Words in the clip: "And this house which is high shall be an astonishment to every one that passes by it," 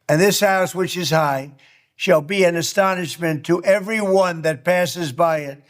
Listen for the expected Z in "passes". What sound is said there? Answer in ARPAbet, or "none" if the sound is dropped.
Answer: Z